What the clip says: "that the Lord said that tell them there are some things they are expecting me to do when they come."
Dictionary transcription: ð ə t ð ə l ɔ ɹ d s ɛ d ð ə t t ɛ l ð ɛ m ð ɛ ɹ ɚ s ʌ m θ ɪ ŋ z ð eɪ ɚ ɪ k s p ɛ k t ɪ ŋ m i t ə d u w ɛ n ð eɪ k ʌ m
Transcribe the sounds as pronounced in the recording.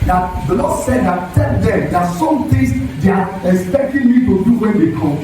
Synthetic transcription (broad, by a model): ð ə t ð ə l ɔ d s ɛ d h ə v t ɛ l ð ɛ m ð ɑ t s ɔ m t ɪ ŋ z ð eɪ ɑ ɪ k s p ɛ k t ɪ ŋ m i t ə d u w ɛ n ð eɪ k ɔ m